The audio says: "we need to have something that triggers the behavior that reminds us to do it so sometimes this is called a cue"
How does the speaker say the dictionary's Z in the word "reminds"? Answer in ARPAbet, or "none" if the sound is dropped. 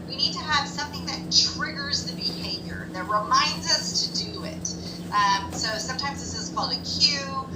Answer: Z